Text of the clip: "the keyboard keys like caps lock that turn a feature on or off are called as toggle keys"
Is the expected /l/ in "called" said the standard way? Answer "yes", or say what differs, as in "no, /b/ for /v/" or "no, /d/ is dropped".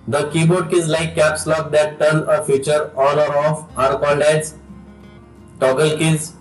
no, /n/ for /l/